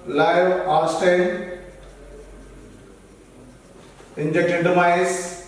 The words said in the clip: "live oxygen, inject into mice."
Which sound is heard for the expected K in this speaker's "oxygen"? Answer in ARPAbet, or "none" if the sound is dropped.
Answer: none